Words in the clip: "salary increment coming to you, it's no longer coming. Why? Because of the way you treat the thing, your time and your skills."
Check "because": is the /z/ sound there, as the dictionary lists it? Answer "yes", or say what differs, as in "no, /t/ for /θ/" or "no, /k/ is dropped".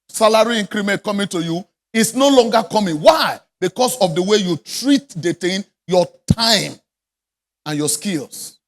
no, /s/ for /z/